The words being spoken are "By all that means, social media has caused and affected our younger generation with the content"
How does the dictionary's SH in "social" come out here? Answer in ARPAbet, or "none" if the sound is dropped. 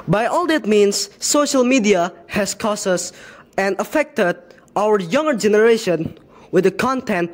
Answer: SH